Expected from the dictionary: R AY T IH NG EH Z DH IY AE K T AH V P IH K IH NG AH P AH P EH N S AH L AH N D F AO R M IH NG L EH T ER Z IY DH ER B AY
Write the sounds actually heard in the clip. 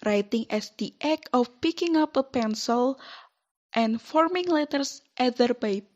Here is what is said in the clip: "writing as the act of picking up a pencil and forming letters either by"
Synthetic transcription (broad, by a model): R AY T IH NG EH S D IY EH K AH F P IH K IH NG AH P AH P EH N S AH L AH N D F AO R M IH NG L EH T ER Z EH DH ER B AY